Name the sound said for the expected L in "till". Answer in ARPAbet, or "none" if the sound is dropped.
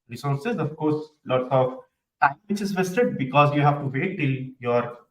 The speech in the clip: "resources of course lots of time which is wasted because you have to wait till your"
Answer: L